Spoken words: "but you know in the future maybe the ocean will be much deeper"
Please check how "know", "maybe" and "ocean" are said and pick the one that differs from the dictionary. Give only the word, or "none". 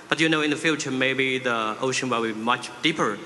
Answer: none